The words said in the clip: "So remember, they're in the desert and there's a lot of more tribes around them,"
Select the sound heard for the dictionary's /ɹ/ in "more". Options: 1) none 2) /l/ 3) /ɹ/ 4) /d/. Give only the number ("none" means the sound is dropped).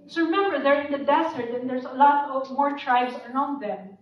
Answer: 3